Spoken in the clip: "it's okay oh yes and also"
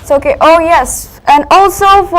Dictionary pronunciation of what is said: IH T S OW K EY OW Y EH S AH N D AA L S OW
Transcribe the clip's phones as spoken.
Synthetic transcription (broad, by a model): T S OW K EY OW Y EH S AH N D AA L S OW